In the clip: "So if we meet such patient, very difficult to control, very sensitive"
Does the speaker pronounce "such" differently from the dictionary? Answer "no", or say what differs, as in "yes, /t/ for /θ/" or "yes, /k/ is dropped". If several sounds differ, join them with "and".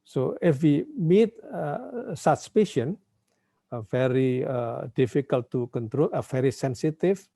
yes, /s/ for /tʃ/